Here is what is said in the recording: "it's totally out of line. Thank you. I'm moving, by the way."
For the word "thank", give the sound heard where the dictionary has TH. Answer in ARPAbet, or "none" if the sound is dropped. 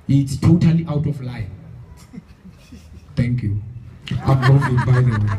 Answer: T